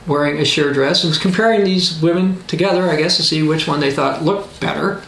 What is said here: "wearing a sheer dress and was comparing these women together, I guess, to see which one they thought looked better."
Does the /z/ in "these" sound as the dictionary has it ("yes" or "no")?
yes